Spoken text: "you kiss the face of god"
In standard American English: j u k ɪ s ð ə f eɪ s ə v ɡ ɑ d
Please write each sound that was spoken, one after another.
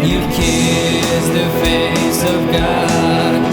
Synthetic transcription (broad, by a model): j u k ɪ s ð ə f eɪ s ə v ɡ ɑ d